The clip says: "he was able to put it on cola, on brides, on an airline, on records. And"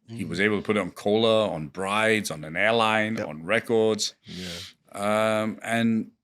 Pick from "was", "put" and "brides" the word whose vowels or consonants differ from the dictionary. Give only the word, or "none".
none